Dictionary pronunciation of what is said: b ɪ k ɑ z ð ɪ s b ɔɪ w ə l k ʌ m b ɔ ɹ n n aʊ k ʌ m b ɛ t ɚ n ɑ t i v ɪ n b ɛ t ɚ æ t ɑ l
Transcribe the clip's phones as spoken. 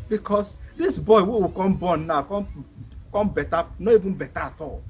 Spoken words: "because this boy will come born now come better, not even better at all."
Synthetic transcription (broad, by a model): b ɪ k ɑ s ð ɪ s b ɔɪ w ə w k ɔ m b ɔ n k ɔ k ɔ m b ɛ t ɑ n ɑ i v ɪ n b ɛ t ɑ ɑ t ɑ l